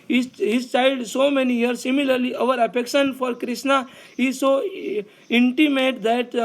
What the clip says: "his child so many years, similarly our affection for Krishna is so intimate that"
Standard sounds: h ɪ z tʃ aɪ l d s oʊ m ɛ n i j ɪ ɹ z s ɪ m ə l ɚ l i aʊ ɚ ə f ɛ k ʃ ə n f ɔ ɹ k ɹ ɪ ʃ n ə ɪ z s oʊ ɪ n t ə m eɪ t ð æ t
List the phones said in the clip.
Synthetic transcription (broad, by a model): h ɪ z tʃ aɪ d s oʊ m ɛ n i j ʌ ɹ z s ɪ m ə l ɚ l i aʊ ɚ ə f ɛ k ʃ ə n f ɔ ɹ k ɹ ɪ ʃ n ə ɪ z s oʊ ɪ n t ə m eɪ t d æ t